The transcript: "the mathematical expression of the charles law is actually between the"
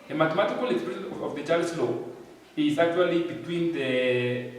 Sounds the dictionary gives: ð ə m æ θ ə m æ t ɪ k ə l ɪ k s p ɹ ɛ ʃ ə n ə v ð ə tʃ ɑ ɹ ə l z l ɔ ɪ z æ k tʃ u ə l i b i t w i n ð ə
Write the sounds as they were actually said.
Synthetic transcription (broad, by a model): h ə m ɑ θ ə m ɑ t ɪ k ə l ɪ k s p ɛ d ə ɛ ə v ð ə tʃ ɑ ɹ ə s l ɔ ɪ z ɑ k tʃ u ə l i b i t w i n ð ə